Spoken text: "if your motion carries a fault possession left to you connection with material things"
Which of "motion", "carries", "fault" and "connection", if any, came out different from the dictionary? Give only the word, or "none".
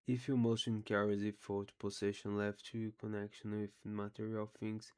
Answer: fault